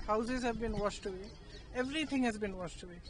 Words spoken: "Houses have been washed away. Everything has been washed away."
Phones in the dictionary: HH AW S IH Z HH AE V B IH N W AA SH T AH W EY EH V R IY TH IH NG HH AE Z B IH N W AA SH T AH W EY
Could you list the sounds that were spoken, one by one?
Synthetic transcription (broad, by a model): HH AW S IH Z HH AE V B IH N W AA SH T AH W EY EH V R IY T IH NG HH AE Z B IH N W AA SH T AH W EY